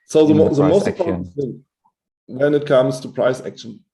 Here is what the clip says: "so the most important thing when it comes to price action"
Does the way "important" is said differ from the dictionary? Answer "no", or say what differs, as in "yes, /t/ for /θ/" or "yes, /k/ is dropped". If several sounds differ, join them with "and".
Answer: yes, /p/ is dropped